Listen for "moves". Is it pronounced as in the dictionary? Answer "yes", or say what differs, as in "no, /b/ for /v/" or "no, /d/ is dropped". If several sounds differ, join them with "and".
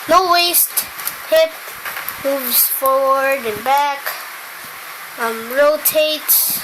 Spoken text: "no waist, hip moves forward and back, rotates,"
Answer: yes